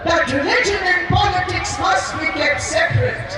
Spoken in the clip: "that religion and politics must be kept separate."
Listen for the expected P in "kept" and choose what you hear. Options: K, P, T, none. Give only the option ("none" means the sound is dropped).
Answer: none